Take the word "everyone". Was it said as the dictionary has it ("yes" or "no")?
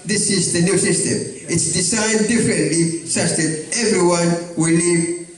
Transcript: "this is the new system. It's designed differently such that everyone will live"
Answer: yes